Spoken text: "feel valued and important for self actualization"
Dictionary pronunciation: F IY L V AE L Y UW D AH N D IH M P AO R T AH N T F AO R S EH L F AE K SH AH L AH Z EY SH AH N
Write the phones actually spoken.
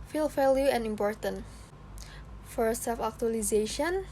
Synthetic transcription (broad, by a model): F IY L F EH L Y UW AH N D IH M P AO R T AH N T F AO R S EH L F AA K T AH L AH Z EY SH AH N